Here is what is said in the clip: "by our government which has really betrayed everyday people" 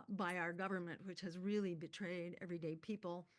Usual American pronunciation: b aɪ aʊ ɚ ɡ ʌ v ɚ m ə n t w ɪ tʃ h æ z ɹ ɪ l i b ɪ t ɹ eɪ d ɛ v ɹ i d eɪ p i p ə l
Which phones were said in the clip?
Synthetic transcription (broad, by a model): b aɪ aʊ ɚ ɡ ʌ v ɚ m ə n t w ɪ tʃ h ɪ z ɹ ɪ l i b ɪ t ɹ eɪ d ɛ v ɹ i d eɪ p i p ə l